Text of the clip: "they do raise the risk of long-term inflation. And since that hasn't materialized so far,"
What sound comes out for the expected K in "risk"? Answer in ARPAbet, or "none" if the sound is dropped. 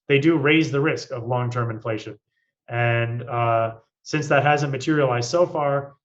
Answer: K